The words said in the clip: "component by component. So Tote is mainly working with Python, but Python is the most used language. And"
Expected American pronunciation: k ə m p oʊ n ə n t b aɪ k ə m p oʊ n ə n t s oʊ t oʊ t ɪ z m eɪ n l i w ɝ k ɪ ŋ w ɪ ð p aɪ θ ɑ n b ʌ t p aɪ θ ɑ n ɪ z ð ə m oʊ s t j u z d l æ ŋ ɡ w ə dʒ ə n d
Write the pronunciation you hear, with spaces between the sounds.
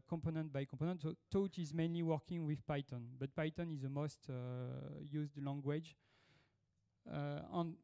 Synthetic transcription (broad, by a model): k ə m p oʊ n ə n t b aɪ k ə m p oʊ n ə n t s oʊ t oʊ t ɪ z m eɪ n l i w ɝ k ɪ ŋ w ɪ ð p aɪ t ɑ n b ʌ t p aɪ t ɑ n ɪ z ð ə m oʊ s t j u z d l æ ŋ ɡ w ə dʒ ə n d